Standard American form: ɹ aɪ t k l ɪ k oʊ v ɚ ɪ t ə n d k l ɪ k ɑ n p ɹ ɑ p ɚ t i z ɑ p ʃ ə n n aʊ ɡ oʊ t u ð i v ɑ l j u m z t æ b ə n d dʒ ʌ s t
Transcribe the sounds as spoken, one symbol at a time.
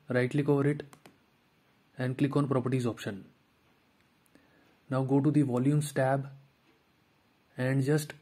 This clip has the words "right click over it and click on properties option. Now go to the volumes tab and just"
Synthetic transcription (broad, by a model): ɹ aɪ t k l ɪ k oʊ v ɚ ɪ t ə n d k l ɪ k ɑ n p ɹ ɑ p ɚ t i z ɑ p ʃ ə n n aʊ ɡ oʊ t u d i v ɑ l j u m s t æ b ə n d dʒ ʌ s t